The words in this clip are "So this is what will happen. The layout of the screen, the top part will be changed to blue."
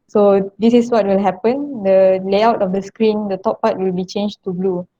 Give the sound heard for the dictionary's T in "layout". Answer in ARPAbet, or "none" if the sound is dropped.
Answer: T